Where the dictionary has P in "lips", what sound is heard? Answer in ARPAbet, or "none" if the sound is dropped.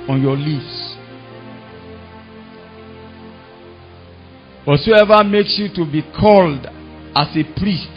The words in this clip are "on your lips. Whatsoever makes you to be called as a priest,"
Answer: F